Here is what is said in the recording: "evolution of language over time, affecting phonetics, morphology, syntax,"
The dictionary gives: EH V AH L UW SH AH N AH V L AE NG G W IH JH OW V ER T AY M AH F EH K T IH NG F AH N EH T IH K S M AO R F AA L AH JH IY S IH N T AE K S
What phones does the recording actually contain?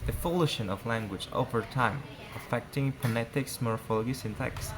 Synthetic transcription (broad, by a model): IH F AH L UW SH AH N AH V L AE NG G W IH JH OW V ER T AY M AH F EH K T IH NG P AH N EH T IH K S M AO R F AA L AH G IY S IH N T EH K S